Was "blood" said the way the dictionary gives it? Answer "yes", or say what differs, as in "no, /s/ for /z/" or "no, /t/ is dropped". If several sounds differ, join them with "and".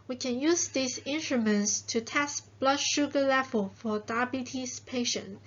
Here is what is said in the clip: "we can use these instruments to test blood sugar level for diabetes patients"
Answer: yes